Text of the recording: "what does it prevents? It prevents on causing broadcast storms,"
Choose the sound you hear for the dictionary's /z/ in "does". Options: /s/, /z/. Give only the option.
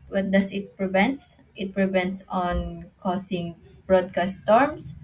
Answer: /s/